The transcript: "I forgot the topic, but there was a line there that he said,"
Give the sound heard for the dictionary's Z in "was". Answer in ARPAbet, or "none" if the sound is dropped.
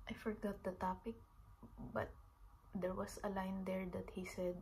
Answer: S